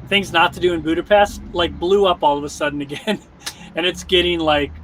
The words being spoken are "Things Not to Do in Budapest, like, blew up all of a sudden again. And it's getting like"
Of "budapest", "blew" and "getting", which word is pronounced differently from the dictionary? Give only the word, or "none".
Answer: none